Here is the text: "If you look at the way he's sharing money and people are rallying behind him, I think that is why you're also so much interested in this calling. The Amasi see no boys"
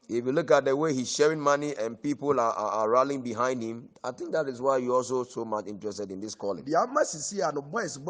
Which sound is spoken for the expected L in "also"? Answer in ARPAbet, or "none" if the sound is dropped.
L